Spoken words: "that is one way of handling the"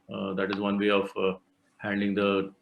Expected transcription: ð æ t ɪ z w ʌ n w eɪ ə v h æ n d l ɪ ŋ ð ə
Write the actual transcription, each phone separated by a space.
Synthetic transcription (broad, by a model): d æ t ɪ z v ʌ n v eɪ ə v h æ n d ɪ ŋ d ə